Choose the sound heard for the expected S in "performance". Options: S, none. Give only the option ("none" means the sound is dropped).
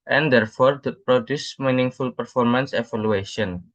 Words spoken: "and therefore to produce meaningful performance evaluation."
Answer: S